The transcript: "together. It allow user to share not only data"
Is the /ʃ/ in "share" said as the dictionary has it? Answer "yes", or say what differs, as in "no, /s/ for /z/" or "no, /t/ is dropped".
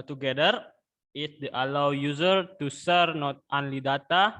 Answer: no, /s/ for /ʃ/